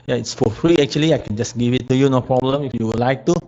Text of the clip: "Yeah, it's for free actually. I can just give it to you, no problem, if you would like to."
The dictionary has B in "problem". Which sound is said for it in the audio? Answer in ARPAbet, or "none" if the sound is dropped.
B